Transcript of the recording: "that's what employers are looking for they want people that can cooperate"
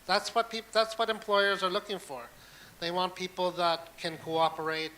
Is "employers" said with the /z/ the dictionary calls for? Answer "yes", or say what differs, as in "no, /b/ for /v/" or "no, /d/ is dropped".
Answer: yes